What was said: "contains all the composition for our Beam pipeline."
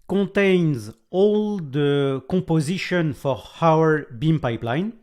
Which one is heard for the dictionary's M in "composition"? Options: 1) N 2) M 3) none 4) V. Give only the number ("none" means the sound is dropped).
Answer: 3